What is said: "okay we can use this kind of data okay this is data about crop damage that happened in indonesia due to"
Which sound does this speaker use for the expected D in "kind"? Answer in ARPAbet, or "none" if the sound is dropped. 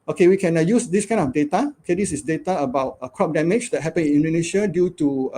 none